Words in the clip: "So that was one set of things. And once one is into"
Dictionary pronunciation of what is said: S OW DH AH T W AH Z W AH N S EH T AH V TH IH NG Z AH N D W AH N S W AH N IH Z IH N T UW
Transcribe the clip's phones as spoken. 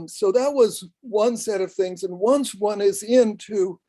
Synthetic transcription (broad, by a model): S OW DH AH T W AH Z W AH N S EH T AH V TH IH NG Z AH N W AH N S W AH N IH Z IH N T UW